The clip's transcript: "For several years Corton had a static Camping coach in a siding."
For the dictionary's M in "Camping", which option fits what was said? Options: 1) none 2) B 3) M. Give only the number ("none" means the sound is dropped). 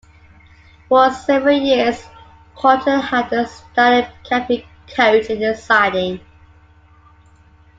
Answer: 1